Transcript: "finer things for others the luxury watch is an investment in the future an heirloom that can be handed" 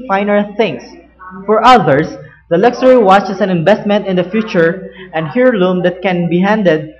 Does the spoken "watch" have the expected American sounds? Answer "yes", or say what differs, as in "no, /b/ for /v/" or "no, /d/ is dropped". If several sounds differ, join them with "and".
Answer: yes